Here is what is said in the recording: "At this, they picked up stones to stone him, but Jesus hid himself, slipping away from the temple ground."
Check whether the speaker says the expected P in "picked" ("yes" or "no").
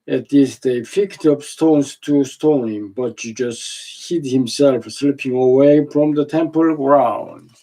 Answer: no